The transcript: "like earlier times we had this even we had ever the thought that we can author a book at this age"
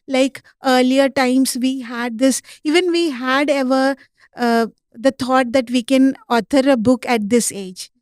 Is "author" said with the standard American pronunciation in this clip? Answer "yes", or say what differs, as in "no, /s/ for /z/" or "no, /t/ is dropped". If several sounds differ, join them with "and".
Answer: no, /t/ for /θ/